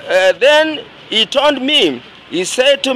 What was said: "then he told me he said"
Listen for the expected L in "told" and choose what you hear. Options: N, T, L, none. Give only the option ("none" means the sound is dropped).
N